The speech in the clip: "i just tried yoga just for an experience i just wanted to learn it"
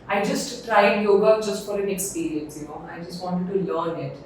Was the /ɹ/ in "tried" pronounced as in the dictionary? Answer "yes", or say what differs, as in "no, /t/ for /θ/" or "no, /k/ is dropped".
yes